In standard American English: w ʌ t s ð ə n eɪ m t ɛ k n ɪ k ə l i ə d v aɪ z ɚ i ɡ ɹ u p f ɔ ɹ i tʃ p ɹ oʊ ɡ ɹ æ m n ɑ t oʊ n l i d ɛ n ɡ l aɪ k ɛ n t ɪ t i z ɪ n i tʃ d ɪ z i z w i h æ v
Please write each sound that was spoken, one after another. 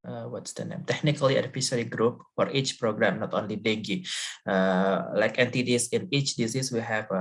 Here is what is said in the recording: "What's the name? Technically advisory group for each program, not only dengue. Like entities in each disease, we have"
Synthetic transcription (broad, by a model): w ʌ t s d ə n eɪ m t ɛ k n ɪ k ə l i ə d f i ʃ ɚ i ɡ ɹ u p f ɔ ɹ i tʃ p ɹ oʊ ɡ ɹ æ m n ɑ t oʊ n l i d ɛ ɡ l aɪ k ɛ n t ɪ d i s ɪ n i tʃ d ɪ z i s w i h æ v